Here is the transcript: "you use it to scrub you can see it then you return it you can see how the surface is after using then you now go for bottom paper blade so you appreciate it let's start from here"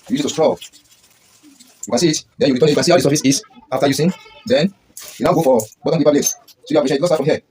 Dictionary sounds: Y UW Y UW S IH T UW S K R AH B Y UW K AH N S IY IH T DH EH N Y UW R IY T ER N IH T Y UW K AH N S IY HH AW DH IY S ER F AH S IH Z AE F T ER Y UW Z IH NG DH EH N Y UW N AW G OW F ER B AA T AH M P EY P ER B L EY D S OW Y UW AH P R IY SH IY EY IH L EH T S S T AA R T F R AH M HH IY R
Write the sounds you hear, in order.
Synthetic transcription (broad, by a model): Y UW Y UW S IH T UW S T R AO Y UW K AH N S IY IH T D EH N Y UW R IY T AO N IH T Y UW K AH N S IY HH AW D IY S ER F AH S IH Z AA F T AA Y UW S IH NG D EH N Y UW N AW G OW F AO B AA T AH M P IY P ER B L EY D S OW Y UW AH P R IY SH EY IH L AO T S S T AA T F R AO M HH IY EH